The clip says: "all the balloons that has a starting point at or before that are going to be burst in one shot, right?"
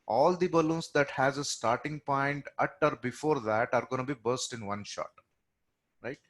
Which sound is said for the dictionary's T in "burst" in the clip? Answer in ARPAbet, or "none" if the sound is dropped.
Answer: T